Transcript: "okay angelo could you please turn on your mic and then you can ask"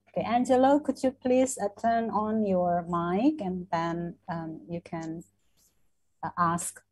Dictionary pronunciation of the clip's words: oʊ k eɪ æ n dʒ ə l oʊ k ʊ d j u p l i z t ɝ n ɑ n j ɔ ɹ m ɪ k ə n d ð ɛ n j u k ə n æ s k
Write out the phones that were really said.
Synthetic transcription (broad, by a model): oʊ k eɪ æ n dʒ ə l oʊ k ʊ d j u p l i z t ɝ n ɑ n j ɔ ɹ m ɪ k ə n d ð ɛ n j u k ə n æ s k